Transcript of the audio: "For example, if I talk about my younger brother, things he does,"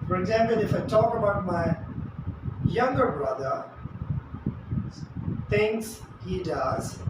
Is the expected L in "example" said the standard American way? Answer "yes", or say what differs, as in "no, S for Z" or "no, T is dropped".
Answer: yes